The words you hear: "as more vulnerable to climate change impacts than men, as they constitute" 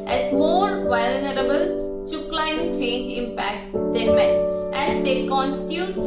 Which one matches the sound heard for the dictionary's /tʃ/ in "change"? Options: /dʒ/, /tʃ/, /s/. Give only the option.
/tʃ/